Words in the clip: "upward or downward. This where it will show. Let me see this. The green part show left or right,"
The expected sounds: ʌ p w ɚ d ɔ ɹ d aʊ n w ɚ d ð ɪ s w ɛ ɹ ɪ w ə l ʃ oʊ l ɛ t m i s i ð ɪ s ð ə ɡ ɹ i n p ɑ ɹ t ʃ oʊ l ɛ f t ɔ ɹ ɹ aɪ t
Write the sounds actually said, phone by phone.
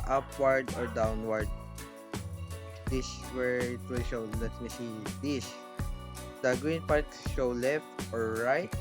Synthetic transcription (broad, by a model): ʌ p w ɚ d ɔ ɹ d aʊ n w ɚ d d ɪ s w ɛ ɹ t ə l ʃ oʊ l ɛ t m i s i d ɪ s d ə ɡ ɹ i n p ɑ ɹ t ʃ oʊ l ɛ f t ɔ ɹ ɹ aɪ t